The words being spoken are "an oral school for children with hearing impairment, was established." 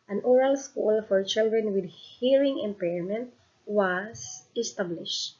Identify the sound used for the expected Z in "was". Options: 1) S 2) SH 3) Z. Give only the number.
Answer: 1